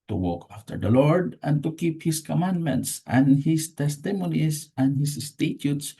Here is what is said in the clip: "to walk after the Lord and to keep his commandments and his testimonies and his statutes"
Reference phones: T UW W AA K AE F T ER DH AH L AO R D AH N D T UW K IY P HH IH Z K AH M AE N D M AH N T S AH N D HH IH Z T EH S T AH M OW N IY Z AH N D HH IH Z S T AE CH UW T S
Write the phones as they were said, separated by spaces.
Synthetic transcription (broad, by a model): T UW W AA K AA F T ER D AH L AO R D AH N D T UW K IY P HH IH S K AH M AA N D M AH N T S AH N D HH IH S T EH S T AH M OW N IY S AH N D HH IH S S T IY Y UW T S